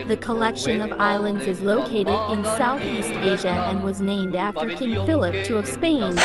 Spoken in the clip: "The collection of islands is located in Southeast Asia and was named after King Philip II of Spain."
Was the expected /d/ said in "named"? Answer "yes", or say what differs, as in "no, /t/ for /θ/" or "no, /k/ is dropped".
yes